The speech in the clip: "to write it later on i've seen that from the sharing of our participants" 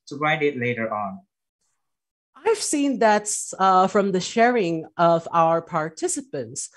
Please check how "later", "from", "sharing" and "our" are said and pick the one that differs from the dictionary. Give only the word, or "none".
none